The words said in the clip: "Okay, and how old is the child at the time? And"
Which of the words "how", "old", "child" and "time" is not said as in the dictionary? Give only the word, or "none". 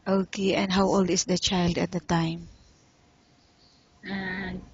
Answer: none